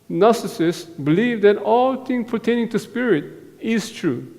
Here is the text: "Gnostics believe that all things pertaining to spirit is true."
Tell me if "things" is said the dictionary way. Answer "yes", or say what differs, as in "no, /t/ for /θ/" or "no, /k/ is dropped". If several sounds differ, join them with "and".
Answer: no, /z/ is dropped